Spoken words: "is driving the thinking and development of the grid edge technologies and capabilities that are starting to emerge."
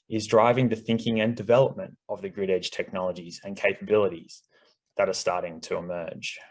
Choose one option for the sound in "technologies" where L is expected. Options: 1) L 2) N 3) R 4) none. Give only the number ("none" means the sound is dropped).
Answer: 1